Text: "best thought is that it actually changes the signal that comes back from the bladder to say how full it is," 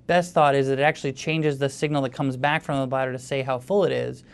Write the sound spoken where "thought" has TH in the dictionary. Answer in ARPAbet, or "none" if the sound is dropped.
TH